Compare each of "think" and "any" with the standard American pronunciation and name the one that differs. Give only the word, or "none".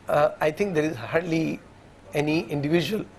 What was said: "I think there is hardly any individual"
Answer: think